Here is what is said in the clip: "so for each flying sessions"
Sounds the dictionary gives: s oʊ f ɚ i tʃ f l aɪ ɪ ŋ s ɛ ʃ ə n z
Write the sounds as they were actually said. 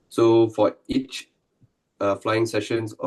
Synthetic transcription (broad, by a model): s oʊ f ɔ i tʃ f l aɪ ɪ ŋ s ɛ ʃ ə n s